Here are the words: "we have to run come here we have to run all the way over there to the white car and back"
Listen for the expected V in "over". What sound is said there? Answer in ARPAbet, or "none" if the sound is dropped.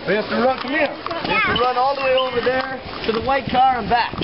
V